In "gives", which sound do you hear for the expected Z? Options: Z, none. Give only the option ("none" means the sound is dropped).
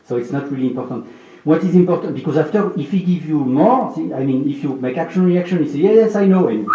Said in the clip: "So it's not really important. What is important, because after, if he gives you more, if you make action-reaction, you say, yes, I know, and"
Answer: none